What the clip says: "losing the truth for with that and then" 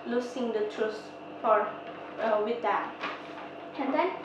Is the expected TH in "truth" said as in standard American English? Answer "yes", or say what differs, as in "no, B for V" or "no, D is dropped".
no, S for TH